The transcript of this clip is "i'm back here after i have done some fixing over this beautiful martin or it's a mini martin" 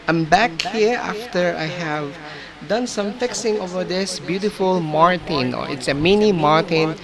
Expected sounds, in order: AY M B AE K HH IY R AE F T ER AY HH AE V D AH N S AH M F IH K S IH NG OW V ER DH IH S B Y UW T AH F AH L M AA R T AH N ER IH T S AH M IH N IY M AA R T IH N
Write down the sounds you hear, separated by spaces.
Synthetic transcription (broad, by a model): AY M B AE K HH IY R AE F T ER AY HH AE V D AH N S AH M F IH K S IH NG OW V ER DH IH S B Y UW T AH F AH L M AA R T AH N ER IH T S AH M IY N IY M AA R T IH N